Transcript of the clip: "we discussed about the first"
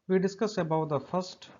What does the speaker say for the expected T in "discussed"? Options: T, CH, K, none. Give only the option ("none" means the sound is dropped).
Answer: none